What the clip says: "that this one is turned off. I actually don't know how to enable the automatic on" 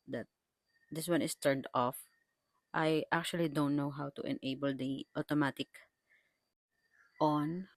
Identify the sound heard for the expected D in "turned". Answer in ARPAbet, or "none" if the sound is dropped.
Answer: D